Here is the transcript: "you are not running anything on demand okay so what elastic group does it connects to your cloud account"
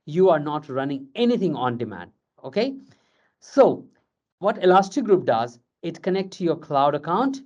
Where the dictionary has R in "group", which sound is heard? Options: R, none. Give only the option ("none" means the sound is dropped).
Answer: R